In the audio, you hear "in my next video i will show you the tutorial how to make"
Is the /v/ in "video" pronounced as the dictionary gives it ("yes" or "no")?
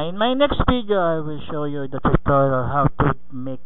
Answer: no